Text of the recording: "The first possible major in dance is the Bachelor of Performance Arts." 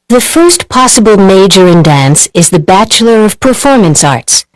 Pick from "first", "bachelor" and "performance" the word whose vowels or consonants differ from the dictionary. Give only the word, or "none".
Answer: none